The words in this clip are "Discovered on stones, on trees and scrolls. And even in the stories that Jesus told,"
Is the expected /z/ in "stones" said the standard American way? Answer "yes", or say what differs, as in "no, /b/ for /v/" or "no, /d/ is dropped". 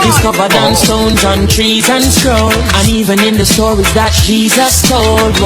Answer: yes